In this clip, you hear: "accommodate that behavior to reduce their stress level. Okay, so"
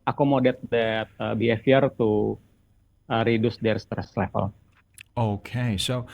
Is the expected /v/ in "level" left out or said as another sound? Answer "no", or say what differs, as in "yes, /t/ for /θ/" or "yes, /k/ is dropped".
yes, /p/ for /v/